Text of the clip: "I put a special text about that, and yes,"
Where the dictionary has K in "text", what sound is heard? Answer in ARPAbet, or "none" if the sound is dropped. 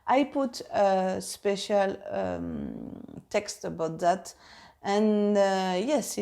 K